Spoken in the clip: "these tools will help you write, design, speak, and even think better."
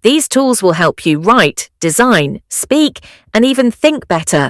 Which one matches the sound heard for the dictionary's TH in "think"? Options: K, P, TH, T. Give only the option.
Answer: TH